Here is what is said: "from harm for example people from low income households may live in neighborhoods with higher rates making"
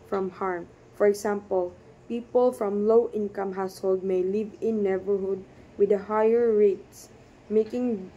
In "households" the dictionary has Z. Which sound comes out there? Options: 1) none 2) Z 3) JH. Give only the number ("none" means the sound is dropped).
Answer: 1